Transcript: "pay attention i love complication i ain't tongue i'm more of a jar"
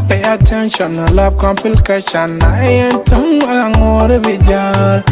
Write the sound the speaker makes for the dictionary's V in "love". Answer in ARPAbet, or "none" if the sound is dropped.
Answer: B